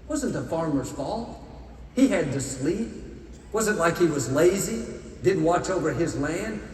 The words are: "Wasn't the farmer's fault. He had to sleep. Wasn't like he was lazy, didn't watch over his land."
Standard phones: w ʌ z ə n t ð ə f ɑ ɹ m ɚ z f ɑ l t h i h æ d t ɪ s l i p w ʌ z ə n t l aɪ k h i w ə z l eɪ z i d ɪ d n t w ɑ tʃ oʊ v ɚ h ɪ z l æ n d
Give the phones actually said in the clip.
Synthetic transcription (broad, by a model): w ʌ z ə n t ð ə f ɑ ɹ m ɚ z f ɑ l t h i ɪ d t ɪ s l i p w ʌ z ə n t l aɪ k h i w ə z l eɪ z i d ɪ d n t w ɑ tʃ oʊ v ɚ ɪ z l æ n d